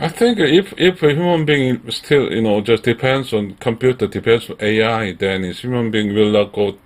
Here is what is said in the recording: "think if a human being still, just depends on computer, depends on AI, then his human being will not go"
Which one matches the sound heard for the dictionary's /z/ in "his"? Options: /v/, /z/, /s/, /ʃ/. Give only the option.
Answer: /s/